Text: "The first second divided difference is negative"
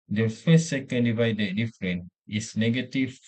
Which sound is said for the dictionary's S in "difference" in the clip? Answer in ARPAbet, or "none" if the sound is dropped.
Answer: none